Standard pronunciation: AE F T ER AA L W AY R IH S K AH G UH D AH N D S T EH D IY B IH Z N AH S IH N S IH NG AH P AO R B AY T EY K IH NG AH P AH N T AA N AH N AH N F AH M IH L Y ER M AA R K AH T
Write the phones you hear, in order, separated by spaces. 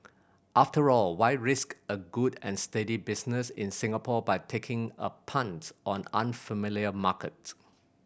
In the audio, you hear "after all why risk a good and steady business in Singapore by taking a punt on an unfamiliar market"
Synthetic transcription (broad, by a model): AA F T ER AA L W AY R IH S K AH G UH D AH N S T EH D IY B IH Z N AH S IH N S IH NG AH P AO B AY T EY K IH NG AH P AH N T AA N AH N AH N F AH M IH L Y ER M AA K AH T